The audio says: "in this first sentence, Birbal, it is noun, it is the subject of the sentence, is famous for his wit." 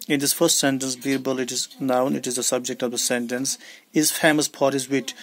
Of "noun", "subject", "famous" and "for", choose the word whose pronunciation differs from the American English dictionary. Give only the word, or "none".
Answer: for